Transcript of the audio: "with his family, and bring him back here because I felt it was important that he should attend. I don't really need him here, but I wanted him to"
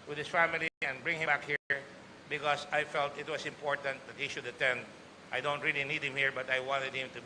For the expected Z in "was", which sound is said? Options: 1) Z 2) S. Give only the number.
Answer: 2